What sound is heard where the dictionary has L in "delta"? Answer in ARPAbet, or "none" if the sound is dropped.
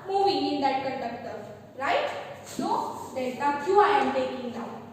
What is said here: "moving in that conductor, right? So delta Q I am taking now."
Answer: none